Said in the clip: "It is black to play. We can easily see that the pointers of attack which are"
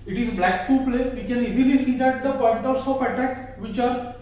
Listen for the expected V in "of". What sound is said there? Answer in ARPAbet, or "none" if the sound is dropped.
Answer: P